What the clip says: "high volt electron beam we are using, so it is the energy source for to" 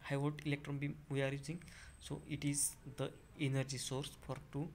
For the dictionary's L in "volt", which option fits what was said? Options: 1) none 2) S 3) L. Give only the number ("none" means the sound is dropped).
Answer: 1